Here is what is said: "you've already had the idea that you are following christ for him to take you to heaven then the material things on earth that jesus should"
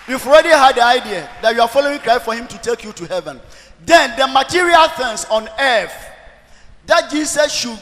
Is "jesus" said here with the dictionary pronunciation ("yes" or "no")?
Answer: no